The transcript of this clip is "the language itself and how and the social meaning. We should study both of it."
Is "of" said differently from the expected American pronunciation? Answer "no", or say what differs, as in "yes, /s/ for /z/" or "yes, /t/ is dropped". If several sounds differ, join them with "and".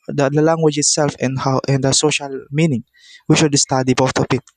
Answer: yes, /p/ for /v/